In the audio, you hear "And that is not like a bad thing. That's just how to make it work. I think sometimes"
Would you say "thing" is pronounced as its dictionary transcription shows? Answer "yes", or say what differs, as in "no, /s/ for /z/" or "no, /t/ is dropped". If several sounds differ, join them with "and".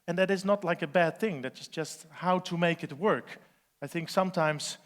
yes